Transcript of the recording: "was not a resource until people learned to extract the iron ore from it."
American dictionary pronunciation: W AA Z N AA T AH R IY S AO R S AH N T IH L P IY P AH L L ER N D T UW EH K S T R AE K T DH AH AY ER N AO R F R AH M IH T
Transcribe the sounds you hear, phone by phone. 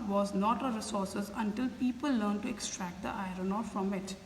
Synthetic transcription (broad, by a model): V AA Z N AA T AH R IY S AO R S AH N T IH L P IY P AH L L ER N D T UW EH K S T R AE K T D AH AY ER N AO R F R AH M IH T